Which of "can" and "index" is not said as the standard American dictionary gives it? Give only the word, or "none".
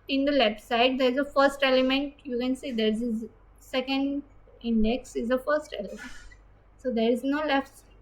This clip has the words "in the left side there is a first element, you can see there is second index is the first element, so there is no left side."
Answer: none